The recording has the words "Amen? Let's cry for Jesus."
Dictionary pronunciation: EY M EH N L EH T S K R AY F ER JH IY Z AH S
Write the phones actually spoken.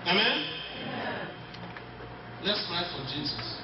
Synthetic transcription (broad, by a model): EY M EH N L EH T S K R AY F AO JH IY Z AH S